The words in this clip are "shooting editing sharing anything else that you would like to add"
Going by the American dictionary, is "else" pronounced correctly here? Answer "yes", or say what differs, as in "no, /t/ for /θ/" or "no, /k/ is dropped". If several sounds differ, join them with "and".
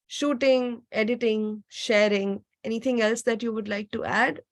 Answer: yes